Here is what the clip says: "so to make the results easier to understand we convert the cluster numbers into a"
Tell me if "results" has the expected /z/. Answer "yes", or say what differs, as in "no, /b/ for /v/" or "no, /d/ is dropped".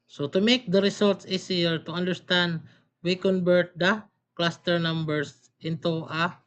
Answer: no, /s/ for /z/